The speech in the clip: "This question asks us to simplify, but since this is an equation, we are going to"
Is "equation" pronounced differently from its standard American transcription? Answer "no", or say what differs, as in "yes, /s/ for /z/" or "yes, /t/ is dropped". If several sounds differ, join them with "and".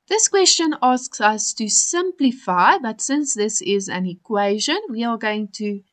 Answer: no